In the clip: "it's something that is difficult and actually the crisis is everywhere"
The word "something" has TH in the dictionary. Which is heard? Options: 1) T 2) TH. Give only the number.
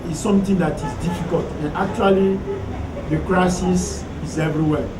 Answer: 1